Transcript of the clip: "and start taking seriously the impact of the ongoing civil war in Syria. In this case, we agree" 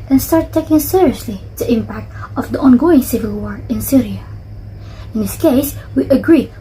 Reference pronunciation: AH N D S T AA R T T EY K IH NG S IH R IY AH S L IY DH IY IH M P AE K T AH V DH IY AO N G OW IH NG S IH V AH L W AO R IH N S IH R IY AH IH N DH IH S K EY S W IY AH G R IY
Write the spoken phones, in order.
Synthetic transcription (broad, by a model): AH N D S T AA R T T EY K IH NG S IH R IY AH S L IY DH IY IH M P AE K T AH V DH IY AO N G OW IH NG S IH V AH L W AO R IH N S IH R IY AH IH N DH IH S K EY S W IY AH G R IY